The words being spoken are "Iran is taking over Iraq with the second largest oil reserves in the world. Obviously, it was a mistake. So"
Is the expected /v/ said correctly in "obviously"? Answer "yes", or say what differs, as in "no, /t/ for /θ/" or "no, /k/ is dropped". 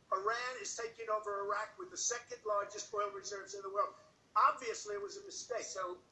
yes